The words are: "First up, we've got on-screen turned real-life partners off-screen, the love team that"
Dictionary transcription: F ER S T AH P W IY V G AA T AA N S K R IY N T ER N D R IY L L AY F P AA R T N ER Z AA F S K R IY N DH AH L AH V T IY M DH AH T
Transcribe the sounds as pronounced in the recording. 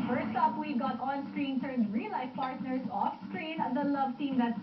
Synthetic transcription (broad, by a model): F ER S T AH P W IY G AA T AA N S K R IY N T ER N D R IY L L AY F P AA R T N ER S AA F S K R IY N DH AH L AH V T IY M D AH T